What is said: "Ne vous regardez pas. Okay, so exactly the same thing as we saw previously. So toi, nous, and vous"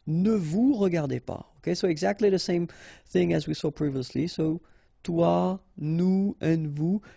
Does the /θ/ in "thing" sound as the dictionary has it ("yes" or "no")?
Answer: yes